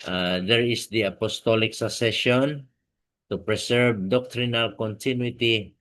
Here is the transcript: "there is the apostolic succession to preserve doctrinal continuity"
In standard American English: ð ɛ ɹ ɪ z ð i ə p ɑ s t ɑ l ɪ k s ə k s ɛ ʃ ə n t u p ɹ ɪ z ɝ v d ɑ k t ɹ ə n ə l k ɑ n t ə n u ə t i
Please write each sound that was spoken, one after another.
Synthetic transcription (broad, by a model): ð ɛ ɹ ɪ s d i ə p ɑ s t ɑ l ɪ k s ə s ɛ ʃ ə n t u p ɹ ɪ s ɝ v d ɑ k t ɹ ə n ə l k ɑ n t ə n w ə t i